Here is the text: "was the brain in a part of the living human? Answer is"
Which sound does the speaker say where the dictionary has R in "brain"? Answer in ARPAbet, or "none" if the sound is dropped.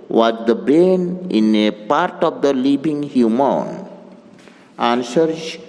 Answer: none